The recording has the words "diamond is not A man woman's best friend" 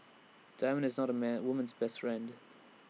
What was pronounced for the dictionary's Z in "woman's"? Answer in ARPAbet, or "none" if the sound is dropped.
Z